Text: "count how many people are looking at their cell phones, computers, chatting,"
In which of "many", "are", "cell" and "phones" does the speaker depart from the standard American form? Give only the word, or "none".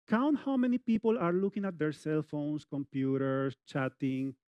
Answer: phones